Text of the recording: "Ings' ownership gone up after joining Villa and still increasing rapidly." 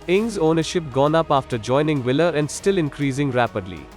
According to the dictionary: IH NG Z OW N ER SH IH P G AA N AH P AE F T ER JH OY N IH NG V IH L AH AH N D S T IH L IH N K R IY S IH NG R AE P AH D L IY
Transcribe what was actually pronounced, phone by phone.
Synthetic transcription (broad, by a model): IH NG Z OW N ER SH IH P G AA N AH P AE F T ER JH OY N IH NG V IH L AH AH N D S T IH L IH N K R IY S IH NG R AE P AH D L IY